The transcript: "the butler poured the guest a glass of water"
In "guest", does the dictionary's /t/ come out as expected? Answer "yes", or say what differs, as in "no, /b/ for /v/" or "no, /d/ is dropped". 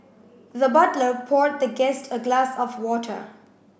yes